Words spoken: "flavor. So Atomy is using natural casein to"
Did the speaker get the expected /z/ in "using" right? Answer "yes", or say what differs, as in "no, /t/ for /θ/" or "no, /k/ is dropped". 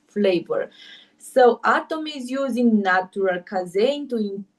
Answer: yes